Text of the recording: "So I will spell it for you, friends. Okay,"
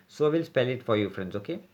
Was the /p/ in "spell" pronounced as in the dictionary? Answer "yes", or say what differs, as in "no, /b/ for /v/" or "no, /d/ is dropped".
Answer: yes